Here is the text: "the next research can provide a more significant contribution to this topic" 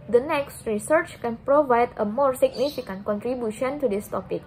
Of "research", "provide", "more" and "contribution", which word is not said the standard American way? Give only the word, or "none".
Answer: none